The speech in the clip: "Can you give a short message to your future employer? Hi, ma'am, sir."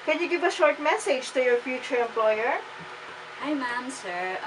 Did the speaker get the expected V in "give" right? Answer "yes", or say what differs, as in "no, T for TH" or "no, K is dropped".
yes